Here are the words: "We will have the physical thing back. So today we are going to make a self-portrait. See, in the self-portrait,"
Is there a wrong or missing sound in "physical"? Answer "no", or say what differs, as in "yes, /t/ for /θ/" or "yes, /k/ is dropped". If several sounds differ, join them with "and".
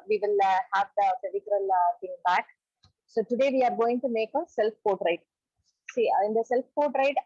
yes, /p/ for /f/